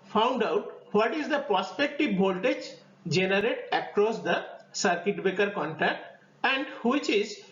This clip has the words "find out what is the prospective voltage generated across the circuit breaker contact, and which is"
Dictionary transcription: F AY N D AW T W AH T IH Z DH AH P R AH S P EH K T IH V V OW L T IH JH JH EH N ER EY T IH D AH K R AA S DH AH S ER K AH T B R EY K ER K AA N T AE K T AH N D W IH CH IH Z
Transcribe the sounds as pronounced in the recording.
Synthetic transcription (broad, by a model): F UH N D AW T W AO T IH Z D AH P R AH S P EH K T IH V B OW L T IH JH JH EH N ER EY T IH K R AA S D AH S ER K AH T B EY K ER K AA N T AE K T AH N D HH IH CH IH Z